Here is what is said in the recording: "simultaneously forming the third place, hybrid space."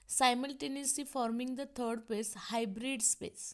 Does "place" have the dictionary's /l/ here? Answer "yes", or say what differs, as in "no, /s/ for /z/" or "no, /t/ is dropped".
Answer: no, /l/ is dropped